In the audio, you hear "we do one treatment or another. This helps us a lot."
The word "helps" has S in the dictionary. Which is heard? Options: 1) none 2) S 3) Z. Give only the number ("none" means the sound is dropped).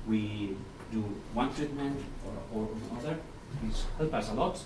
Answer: 1